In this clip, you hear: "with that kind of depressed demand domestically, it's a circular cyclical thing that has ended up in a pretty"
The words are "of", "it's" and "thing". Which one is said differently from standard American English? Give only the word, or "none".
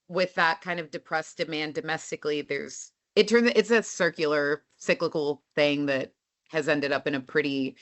none